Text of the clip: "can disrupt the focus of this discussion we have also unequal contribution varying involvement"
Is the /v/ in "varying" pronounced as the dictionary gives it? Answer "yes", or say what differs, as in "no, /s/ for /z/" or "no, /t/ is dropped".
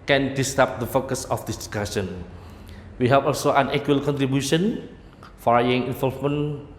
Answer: no, /f/ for /v/